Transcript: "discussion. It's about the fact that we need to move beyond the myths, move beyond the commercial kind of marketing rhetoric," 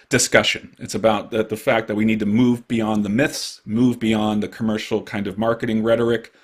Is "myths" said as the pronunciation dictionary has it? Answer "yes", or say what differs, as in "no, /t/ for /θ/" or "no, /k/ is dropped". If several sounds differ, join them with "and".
yes